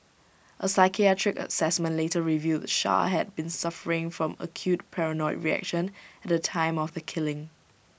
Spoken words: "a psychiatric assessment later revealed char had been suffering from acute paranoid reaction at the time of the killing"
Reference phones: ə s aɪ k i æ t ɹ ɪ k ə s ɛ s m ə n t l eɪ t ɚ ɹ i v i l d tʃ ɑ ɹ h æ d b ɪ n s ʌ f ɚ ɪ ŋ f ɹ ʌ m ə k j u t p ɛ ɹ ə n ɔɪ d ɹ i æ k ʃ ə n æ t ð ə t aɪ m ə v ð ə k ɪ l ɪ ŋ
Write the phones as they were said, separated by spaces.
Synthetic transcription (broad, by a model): ə s aɪ k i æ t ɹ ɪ k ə s ɛ s m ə n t l eɪ t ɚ ɹ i v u d ʃ ɑ h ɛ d b ɪ n s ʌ f ɚ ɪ ŋ f ɹ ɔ m ə k j u t p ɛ ɹ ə n ɔɪ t ɹ i æ k ʃ ə n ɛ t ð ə t aɪ m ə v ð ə k ɪ l ɪ ŋ